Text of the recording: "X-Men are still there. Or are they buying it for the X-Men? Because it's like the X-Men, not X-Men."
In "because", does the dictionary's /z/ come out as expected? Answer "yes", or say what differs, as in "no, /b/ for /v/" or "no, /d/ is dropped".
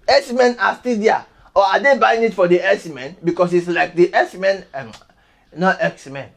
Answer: no, /s/ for /z/